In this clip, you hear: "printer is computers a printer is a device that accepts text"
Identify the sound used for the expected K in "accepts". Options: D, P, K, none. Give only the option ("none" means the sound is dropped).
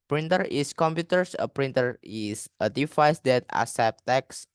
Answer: none